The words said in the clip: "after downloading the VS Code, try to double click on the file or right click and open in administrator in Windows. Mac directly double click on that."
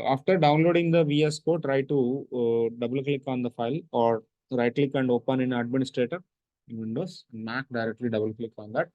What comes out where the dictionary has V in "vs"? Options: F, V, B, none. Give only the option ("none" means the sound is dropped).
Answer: V